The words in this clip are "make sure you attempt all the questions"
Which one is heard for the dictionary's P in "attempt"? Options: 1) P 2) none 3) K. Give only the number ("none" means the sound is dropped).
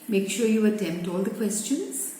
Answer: 1